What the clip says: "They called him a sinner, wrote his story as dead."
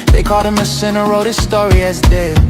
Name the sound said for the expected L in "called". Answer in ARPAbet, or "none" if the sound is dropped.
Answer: none